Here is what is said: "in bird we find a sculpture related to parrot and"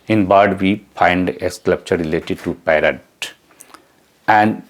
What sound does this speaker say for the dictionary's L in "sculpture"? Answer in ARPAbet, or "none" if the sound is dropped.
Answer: none